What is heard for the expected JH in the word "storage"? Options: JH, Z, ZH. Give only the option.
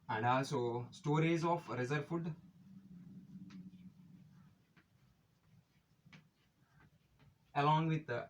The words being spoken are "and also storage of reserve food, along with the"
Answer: Z